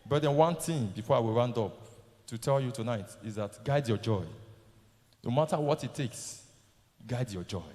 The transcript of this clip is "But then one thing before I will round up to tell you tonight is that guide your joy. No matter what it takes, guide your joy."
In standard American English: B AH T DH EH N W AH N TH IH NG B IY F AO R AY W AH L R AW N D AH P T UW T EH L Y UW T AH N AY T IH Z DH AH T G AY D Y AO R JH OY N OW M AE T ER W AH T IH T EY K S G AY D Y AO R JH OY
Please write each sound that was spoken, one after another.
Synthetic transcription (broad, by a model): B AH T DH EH N W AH N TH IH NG B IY F AO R AY W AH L R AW N D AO P T UW T EH L Y UW T AH N AY T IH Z DH AH T G AY D Y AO JH OY N OW M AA T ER W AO T IH T EY K S G AY D Y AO JH OY